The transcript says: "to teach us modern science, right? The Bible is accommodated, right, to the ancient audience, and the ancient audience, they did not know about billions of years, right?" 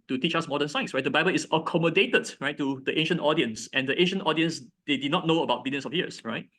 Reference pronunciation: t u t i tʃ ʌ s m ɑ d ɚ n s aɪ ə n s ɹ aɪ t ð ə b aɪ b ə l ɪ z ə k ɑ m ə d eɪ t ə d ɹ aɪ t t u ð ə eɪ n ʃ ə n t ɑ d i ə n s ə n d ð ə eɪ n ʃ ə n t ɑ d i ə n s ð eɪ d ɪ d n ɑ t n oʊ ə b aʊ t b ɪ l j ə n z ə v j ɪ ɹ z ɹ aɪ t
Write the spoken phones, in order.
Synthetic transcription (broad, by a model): t u t i tʃ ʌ s m ɑ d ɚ n s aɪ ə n s ɹ aɪ t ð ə b aɪ b ə l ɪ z ə k ɑ m ə d eɪ t ə d ɹ aɪ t t u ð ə eɪ n ʃ ə n t ɑ d i ə n s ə n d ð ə eɪ n ʃ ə n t ɑ d i ə n s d eɪ d ɪ d n ɑ t n oʊ ə b aʊ t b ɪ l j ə n s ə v j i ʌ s ɹ aɪ t